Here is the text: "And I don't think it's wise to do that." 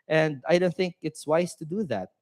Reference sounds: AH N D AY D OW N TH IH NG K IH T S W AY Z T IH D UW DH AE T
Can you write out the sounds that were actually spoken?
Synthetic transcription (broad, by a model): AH N D AY D OW N TH IH NG K IH T S W AY Z T IH D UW DH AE T